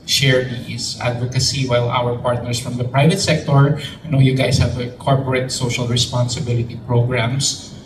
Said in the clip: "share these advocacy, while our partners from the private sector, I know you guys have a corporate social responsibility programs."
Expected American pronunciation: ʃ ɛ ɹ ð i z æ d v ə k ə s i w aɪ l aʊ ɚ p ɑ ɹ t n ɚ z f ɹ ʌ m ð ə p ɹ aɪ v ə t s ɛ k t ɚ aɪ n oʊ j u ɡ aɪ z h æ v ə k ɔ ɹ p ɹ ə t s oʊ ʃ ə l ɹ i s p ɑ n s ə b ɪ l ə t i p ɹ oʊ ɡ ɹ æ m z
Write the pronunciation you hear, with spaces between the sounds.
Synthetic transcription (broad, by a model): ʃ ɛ ɹ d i s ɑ d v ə k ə s i w aɪ l aʊ ɚ p ɑ ɹ t n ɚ s f ɹ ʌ m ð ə p ɹ aɪ v ə t s ɛ k t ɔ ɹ n oʊ j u ɡ aɪ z h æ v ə k ɔ ɹ p ɹ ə t s oʊ ʃ ə l ɹ i s p ɑ n s ə b ɪ l ə t i p ɹ oʊ ɡ ɹ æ m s